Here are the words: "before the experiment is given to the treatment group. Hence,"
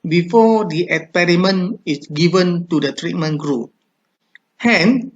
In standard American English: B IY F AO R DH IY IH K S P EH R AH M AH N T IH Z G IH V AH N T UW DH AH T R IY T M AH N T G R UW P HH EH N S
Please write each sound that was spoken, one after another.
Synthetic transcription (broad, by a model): B IY F AO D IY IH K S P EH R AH M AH N IH S G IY V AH N T UW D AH T R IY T M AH N G R UW P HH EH N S